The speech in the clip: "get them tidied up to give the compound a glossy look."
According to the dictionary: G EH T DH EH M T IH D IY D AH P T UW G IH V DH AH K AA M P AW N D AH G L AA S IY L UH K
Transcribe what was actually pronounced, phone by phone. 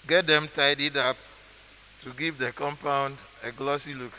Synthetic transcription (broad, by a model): G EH T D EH M T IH D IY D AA P T UW G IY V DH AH K AA M P AW N D AH G L AA S IY L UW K